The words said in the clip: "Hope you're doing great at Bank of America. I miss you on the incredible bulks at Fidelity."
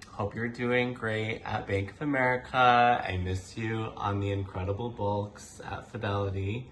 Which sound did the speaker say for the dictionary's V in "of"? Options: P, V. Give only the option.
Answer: V